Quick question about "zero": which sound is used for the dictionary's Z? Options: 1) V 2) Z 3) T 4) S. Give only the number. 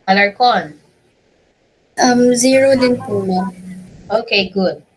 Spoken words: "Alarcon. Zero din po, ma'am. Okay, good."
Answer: 2